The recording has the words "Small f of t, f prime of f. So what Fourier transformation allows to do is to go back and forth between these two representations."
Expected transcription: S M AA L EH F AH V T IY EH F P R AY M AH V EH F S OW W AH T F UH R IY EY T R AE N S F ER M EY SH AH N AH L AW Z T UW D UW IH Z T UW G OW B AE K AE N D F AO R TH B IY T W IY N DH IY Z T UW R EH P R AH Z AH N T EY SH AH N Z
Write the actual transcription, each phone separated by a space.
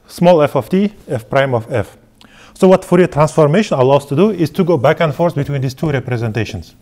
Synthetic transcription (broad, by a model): S M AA L EH F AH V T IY EH F P R AY M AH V EH F S OW W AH T F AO R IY T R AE N S F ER M EY SH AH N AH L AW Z T UW D UW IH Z T UW G OW B AE K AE N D F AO R S B IY T W IY N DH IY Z T UW R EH P R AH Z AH N T EY SH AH N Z